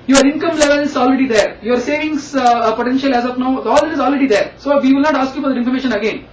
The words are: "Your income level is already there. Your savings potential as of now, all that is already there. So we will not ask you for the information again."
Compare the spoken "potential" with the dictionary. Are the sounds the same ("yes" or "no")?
yes